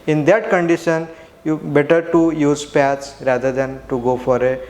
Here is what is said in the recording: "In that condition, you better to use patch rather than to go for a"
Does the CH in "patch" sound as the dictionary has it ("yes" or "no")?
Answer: no